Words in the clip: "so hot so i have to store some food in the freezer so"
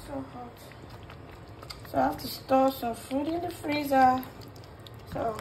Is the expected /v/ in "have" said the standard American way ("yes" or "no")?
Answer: no